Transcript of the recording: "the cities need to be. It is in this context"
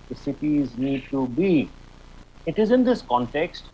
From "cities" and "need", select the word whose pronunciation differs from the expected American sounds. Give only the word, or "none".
none